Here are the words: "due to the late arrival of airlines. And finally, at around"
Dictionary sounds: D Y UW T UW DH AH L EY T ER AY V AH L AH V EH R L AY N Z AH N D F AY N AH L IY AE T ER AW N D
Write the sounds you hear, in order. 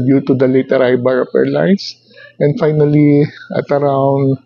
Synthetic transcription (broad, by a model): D Y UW T UW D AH L EY T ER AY B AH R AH P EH R L AY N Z AH N D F AY N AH L IY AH T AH AW N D